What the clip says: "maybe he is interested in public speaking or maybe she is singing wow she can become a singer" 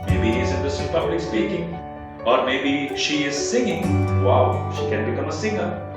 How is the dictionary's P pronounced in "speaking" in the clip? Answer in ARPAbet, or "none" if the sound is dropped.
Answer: B